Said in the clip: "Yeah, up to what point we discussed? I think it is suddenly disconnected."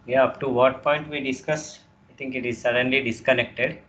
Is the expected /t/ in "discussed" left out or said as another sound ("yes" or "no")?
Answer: yes